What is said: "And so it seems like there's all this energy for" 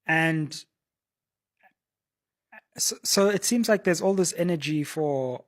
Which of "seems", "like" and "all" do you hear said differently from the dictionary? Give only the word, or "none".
none